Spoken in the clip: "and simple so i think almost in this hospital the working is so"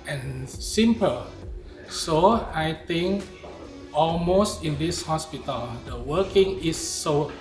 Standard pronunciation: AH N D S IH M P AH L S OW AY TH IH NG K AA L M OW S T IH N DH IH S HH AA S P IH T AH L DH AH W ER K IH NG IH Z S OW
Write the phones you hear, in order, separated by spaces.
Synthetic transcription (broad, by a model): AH N S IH M P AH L S OW AY T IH NG K AA L M OW S T IH N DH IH S HH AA S P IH T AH L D AH W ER K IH NG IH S OW